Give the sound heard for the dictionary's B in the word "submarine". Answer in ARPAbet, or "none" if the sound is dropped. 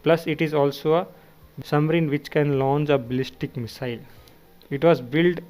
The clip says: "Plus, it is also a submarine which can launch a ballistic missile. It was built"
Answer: none